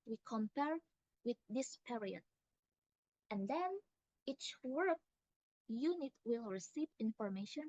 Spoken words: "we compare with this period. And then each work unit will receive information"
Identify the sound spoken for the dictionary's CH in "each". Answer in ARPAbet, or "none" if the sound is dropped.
CH